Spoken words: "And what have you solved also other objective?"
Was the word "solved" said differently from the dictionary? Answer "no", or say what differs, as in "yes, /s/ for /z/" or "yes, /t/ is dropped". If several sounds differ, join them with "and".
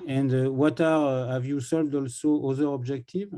no